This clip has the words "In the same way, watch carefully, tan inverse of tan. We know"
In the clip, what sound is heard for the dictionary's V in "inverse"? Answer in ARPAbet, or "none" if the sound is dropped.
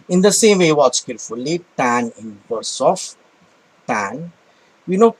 B